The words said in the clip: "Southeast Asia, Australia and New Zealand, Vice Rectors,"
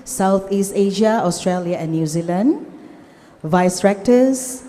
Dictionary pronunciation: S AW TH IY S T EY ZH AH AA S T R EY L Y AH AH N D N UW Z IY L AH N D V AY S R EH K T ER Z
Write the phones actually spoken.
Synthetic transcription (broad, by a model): S AW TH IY S T EY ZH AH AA S T R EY L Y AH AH N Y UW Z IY L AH N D V AY S R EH K T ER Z